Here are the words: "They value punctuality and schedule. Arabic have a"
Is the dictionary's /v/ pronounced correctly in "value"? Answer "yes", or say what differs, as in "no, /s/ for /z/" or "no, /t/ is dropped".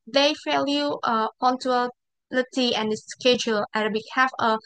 no, /f/ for /v/